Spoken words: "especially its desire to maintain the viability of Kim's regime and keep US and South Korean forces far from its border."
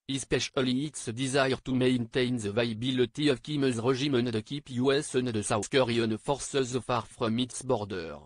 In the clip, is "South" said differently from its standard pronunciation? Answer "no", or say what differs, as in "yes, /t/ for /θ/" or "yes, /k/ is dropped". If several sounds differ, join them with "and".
yes, /s/ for /θ/